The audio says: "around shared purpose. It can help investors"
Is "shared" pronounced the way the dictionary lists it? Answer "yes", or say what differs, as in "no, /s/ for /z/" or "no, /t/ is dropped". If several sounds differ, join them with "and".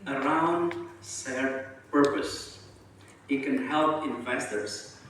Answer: no, /s/ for /ʃ/